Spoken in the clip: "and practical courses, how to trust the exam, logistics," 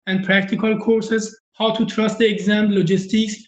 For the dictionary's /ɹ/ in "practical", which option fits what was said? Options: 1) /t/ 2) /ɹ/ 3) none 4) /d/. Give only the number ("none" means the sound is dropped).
2